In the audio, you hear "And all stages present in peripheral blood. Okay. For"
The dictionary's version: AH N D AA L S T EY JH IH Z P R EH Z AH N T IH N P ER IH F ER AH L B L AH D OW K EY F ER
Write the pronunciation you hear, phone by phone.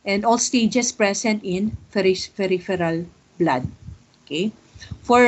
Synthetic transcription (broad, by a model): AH N D AA L S T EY JH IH S P R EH S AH N T IH N F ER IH F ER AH L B L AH D OW K EY F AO